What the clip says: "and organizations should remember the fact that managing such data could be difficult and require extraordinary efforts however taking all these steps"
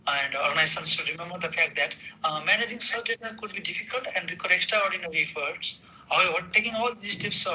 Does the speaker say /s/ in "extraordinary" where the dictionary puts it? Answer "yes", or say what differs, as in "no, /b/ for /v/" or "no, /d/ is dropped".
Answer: no, /s/ is dropped